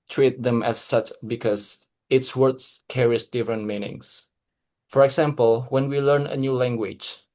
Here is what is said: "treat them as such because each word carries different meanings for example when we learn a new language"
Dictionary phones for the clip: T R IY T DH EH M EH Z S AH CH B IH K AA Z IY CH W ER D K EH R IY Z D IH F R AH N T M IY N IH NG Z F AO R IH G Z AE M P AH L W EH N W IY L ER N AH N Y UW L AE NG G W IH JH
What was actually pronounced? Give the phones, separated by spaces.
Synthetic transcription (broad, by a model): T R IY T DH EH M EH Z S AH CH B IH K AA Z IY S W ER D K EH R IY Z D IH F R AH N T M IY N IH NG S F AO R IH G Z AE M P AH L W EH N W IY L ER N AH N Y UW L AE NG G W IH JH